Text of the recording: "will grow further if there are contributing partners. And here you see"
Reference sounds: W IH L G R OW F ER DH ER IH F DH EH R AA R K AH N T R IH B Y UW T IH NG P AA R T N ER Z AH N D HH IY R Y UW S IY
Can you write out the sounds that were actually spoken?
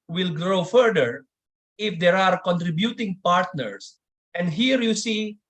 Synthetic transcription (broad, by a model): W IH L G R OW F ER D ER IH F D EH R AA R K AH N T R IH B Y UW T IH NG P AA R T N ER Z AH N D HH IY R Y UW S IY